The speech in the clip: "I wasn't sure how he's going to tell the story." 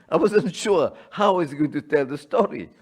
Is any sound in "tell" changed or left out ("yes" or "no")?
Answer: no